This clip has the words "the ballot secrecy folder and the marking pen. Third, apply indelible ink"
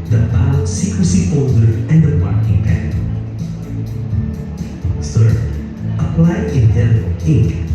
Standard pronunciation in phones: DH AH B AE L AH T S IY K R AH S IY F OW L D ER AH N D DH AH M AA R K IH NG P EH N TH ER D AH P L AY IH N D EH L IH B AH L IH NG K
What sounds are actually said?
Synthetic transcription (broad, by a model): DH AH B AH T S IY K R AH S IY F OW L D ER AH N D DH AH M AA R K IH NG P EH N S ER AH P L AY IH D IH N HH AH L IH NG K